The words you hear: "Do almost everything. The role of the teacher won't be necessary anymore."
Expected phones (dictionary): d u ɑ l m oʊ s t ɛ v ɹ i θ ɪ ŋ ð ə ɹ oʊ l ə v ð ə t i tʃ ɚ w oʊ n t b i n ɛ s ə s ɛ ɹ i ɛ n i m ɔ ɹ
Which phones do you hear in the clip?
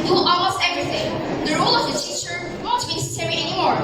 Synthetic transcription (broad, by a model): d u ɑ m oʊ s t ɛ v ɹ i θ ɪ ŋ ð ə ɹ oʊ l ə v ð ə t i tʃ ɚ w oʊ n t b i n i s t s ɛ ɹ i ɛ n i m ɔ ɹ